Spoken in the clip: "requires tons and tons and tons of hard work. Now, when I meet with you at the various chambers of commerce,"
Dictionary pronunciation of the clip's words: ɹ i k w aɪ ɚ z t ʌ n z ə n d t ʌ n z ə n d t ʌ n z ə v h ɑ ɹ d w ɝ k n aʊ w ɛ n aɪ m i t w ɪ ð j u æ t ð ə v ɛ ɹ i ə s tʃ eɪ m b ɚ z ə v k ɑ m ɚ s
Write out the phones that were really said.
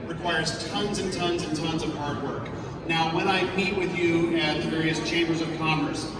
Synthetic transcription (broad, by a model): ɹ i k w aɪ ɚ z t ʌ n z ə n t ʌ n z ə n t ʌ n z ə v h ɑ ɹ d w ɝ k n aʊ w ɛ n aɪ m i t w ɪ ð j u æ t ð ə v ɛ ɹ i ə s tʃ eɪ m b ɚ z ə v k ɑ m ɚ s